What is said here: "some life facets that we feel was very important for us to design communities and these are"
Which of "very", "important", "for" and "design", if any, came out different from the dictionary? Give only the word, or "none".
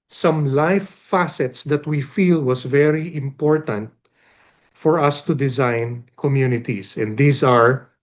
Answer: none